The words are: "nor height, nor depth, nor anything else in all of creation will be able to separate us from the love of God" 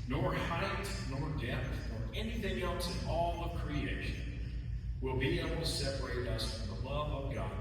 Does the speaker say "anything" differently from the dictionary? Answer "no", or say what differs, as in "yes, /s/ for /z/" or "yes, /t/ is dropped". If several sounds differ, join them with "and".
no